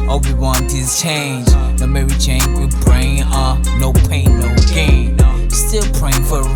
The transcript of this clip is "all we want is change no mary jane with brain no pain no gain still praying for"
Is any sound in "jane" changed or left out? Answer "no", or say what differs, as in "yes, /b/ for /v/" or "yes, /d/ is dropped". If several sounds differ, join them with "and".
yes, /tʃ/ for /dʒ/